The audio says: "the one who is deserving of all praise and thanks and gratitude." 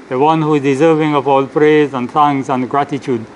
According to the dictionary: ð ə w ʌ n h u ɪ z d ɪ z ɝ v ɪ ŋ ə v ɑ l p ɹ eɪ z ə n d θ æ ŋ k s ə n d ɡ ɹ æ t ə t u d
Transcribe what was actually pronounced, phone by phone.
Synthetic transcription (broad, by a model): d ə w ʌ n h u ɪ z d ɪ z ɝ v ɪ ŋ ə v ɑ l p ɹ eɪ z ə n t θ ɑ ŋ s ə n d ɡ ɹ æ t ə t u d